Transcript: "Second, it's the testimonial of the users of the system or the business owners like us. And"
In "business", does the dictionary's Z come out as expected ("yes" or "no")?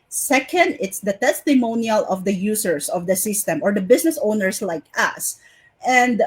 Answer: no